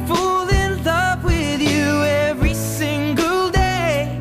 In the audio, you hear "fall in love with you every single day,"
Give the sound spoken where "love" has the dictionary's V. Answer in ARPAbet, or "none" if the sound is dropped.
P